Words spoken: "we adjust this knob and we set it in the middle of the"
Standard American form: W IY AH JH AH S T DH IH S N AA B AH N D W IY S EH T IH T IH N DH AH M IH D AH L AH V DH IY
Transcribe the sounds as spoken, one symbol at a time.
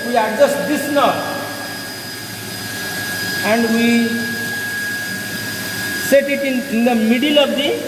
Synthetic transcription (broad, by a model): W IY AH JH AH S T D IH S N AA AH N D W IY S EH T IH T IH N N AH M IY D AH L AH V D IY